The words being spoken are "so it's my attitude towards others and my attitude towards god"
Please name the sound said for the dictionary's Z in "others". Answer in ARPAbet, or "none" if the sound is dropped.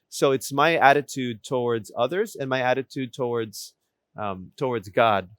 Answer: Z